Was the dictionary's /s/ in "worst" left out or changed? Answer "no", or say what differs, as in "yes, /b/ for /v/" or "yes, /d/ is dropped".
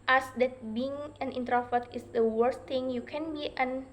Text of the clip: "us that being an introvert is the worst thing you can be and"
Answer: no